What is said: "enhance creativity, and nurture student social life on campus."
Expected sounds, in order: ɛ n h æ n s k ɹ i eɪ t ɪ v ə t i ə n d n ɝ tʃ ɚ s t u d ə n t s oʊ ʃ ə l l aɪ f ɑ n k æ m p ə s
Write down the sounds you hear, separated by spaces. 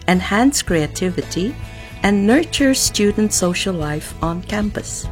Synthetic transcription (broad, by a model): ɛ n h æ n s k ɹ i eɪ t ɪ v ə t i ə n n ɝ tʃ ɚ s t u d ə n t s oʊ ʃ ə l l aɪ f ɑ n k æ m p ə s